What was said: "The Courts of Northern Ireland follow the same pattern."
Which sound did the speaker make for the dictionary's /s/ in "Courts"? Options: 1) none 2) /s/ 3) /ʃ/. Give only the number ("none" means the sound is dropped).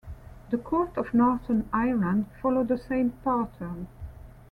1